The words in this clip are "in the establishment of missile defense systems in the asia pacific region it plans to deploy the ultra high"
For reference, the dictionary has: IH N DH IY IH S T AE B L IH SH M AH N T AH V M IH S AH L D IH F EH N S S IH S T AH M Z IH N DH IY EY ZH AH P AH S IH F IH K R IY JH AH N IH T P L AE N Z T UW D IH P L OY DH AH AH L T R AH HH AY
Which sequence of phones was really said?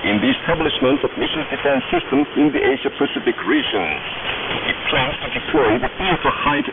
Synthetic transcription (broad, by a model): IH N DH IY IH S T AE B L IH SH M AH N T AH V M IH SH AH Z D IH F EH N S S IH S T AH M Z IH N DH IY EY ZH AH P AH S IH F IH K R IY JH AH N IH T P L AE N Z T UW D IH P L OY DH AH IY T AH HH AY